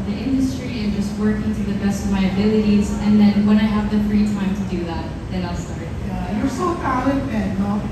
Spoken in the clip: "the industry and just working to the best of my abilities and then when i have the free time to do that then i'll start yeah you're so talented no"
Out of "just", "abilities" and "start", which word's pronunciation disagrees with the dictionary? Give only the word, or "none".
none